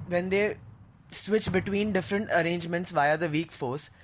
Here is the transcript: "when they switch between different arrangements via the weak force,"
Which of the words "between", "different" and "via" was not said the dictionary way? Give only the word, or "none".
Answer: none